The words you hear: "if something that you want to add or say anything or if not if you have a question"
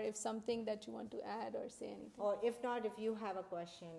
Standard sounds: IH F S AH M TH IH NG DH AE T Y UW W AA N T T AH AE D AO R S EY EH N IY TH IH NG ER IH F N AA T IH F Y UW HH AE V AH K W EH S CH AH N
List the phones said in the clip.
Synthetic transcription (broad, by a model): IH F S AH M T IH NG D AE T Y UW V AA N T T AE D AO R S EY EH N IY T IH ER IH F N AA T IH F Y UW HH AE V AH K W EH S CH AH N